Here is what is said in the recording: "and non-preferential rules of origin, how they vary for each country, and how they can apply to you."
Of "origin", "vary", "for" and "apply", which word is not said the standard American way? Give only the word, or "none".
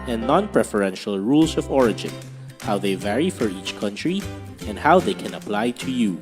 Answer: none